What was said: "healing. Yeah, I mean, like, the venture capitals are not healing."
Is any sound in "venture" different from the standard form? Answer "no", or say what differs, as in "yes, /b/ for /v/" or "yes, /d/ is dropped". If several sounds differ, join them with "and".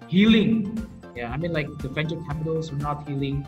yes, /f/ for /v/